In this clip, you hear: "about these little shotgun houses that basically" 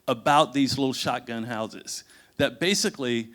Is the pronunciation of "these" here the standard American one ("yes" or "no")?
yes